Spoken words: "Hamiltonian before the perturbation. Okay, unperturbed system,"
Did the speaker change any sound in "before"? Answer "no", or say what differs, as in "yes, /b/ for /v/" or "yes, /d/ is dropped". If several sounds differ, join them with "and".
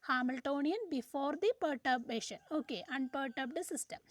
no